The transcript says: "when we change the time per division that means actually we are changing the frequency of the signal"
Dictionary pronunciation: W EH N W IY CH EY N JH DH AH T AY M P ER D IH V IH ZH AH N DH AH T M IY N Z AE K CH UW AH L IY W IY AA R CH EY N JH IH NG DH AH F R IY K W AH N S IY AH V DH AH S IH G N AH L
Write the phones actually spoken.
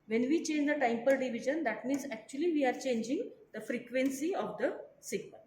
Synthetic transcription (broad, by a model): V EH N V IY CH EY N JH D AH T AY M P ER D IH V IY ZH AH N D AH T M IY N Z AE K CH UW AH L IY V IY AA R CH EY N JH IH NG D AH F R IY K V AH N S IY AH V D AH S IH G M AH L